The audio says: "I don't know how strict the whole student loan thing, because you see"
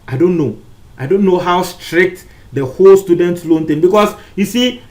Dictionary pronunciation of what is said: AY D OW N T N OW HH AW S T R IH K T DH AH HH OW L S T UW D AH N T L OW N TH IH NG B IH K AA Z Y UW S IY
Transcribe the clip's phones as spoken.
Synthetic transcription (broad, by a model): AY D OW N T N OW HH AW S T R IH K T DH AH HH OW L S T UW D AH N T L OW N T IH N B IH K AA S Y UW S IY